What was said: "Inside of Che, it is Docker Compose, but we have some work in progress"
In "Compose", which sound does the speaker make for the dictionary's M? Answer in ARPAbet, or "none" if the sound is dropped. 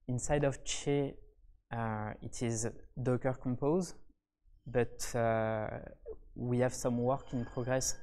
M